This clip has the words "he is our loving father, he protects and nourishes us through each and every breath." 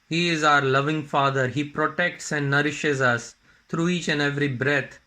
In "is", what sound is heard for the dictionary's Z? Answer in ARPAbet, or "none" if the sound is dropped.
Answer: Z